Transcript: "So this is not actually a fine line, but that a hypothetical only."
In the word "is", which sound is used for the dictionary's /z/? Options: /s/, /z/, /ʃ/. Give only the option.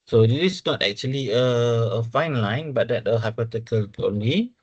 /s/